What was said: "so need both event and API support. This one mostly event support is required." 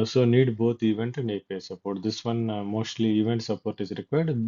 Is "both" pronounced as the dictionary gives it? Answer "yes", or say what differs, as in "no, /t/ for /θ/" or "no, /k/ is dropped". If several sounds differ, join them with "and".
no, /t/ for /θ/